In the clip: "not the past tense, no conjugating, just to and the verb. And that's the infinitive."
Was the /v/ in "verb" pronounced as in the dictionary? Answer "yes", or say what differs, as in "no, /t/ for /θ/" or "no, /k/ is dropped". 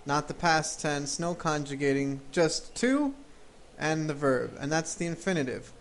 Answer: yes